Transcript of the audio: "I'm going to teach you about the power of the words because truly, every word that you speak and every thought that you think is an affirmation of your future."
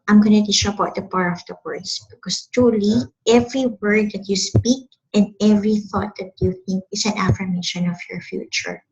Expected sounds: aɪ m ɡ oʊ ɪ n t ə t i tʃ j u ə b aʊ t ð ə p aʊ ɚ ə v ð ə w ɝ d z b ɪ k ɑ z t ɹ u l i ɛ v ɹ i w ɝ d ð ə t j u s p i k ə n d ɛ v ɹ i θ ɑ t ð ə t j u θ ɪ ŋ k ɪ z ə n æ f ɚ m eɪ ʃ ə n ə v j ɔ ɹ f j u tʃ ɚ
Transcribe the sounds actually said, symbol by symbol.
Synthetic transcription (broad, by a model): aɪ m ɡ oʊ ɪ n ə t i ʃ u ə b aʊ t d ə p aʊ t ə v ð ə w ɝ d s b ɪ k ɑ s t ɹ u l i ɛ v ɹ i w ɝ d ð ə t j u s p i k ə n d ɛ v ɹ i θ ɑ t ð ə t j u θ ɪ ŋ k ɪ s ə n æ f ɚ m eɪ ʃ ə n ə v j ɔ ɹ f j u tʃ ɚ